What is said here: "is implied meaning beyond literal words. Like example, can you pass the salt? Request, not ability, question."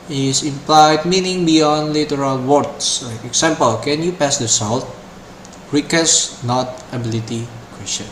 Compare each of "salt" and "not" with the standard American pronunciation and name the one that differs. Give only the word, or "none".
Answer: none